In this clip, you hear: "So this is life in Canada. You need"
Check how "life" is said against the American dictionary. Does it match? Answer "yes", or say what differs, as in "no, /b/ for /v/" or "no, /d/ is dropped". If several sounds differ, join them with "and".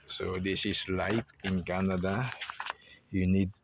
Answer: no, /p/ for /f/